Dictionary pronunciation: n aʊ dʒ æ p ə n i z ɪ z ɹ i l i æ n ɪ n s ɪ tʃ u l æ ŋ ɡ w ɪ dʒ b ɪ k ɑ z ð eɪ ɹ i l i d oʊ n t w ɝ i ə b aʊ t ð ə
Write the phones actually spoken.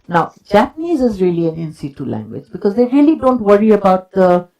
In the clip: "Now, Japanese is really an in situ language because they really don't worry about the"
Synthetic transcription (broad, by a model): n aʊ dʒ æ p ə n i z ɪ z ɹ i l i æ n ɪ n s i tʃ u l æ ŋ ɡ w ɪ dʒ b ɪ k ɑ z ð eɪ ɹ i l i d oʊ n t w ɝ i ə b aʊ t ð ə